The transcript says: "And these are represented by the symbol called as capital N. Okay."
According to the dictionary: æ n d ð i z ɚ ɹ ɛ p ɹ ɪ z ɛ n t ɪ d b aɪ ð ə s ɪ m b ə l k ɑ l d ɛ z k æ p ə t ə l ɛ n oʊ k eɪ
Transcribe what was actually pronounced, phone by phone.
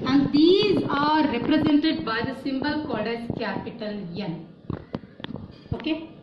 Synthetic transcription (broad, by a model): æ n d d i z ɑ ɹ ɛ p ɹ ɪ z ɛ n t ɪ d b aɪ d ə s ɪ m b ə l k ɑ d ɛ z k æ p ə t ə l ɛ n oʊ k eɪ